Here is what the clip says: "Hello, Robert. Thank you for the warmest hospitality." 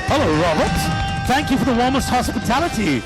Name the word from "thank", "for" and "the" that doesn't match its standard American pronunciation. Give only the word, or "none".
none